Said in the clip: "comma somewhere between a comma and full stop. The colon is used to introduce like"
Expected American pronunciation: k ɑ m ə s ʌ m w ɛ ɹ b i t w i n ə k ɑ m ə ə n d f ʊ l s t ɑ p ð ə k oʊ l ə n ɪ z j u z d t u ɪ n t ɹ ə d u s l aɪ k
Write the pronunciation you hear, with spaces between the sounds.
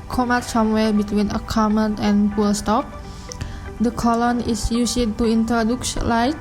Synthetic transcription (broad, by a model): k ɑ m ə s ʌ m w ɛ l b i t w i n ə k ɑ m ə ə n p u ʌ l s t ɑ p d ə k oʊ l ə n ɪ s j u s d t u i n t ɹ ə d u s l aɪ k